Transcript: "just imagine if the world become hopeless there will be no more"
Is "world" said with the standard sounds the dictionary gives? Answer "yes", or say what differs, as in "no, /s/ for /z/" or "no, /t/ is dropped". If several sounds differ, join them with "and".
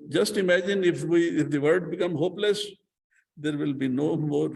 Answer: no, /l/ is dropped